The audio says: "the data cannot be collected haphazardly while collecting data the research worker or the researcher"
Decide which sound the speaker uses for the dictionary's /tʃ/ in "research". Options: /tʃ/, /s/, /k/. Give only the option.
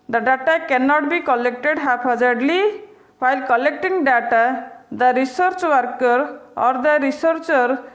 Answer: /tʃ/